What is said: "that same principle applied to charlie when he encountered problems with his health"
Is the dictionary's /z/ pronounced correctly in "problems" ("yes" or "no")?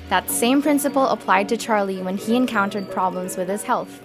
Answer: yes